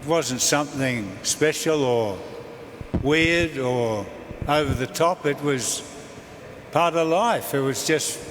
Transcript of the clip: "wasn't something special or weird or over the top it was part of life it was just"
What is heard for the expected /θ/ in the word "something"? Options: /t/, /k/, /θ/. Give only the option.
/θ/